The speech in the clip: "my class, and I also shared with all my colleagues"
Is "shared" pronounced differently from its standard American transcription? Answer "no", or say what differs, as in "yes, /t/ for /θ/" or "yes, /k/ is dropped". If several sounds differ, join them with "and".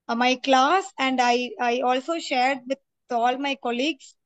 no